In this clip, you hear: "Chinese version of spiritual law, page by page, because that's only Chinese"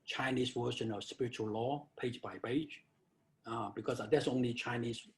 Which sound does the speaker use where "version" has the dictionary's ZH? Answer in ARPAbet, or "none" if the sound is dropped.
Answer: SH